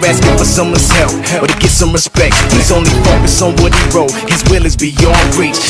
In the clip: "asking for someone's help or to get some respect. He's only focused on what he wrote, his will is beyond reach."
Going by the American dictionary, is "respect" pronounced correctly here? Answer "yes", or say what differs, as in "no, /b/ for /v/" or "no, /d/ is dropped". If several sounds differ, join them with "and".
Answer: yes